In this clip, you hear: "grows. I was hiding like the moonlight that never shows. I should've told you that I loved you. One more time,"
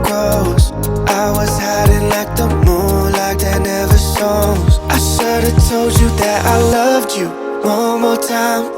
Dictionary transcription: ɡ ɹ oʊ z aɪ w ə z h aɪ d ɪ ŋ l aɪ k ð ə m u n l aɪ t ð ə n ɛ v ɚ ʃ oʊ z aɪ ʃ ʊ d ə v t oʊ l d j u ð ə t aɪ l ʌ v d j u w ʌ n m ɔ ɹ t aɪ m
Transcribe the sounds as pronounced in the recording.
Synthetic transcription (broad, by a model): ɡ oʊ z aɪ w ə z h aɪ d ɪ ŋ l aɪ k ð ə m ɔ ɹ l aɪ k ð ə n ɛ v ɚ s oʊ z aɪ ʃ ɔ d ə t oʊ l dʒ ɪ ð ə t aɪ l ʌ v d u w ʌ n m ɔ ɹ t aɪ m